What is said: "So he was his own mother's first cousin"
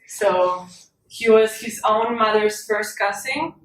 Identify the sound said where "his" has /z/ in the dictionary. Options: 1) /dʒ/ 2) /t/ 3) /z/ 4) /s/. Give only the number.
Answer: 3